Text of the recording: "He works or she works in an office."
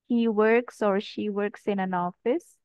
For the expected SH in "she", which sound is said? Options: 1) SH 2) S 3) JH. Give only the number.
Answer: 1